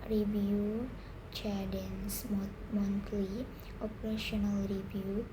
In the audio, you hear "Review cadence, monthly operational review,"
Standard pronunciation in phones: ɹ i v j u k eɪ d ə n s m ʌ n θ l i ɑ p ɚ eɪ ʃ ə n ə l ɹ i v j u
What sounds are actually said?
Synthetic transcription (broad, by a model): ɹ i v j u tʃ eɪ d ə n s m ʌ n t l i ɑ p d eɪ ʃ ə n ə l ɹ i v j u